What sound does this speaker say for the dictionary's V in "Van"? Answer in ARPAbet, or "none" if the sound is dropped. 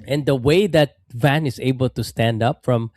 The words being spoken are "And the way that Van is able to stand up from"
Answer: V